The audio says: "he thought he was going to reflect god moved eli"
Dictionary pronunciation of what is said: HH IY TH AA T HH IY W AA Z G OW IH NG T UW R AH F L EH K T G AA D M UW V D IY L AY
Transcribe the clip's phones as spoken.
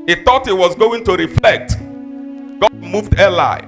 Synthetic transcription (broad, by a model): HH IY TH AA T HH IY W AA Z G OW IH NG T UW R AH F L EH K T G AA D M UW V D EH L AY